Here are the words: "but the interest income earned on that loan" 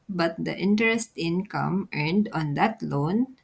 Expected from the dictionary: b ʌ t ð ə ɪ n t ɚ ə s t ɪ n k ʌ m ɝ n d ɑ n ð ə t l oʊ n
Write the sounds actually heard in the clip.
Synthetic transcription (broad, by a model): b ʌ t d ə ɪ n t ɚ ə s t ɪ n k ʌ m ɝ n d ɑ n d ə t l oʊ n